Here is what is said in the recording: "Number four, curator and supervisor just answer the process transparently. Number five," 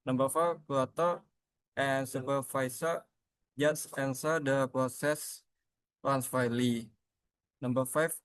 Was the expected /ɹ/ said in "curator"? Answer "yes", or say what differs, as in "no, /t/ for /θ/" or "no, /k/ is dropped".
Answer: no, /l/ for /ɹ/